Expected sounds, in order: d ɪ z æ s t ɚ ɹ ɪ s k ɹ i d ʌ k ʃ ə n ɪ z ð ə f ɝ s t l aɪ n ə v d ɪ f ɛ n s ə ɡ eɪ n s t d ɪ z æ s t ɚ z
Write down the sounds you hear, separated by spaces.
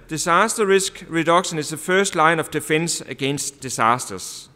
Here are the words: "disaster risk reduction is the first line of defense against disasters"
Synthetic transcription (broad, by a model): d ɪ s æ s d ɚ ɹ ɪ s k ɹ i d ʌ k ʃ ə n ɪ s ð ə f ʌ s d l aɪ n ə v d ɪ f ɛ n s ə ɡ eɪ n s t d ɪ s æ s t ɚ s